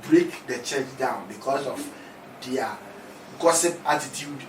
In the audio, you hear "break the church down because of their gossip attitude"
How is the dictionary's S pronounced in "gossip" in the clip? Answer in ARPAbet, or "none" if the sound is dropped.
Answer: S